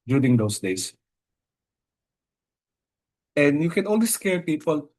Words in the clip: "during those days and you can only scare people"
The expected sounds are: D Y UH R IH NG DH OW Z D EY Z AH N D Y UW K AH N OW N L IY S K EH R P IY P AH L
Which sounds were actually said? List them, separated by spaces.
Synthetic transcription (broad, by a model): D Y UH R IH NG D OW S D EY S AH N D Y UW K AH N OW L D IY S K EH R P IY P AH L